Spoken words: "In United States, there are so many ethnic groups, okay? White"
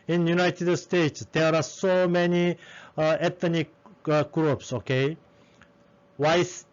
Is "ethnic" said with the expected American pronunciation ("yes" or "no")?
no